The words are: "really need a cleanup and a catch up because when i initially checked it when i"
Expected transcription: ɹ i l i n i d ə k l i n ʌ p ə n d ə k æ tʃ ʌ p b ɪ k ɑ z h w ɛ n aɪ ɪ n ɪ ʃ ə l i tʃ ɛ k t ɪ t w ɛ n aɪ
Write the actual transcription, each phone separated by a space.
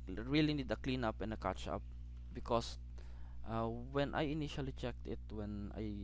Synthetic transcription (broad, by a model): ɹ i l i n i d ə k l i n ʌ p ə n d ə k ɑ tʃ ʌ p b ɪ k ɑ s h w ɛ n aɪ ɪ n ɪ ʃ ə l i tʃ ɛ k t ɪ t w ɛ n aɪ